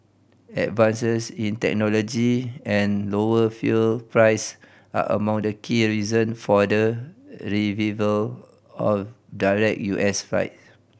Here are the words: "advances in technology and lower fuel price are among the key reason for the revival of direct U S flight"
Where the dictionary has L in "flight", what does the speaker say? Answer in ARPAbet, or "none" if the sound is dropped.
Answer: none